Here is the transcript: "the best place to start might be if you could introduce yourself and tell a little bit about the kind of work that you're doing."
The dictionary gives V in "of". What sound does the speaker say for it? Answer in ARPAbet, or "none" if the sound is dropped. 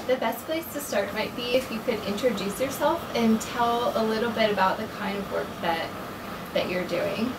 V